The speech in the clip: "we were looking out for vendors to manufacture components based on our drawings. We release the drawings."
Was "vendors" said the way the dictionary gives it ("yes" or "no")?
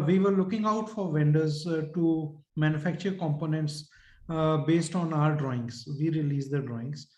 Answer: yes